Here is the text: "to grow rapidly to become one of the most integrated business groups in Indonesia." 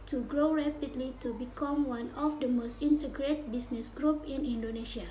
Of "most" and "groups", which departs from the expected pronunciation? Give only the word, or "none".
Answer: groups